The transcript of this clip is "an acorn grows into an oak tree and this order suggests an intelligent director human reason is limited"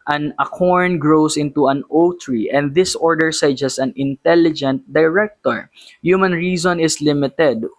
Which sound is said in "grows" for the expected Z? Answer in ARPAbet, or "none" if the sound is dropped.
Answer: S